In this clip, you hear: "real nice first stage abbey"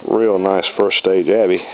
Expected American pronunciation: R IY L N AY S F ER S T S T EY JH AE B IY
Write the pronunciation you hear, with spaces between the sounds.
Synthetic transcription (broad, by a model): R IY L N AY S F ER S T S T EY JH AE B IY